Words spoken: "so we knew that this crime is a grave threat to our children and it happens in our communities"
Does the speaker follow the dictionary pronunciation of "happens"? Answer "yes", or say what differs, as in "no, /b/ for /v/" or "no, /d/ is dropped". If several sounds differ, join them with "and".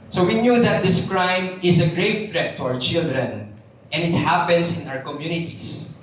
no, /s/ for /z/